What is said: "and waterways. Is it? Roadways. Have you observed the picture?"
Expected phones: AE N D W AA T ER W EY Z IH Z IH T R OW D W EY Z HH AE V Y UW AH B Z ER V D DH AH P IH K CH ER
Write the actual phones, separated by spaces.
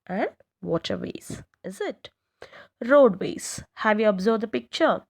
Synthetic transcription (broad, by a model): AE N D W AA T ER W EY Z IH Z IH T R OW D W EY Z HH AE V Y UW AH B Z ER B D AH P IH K CH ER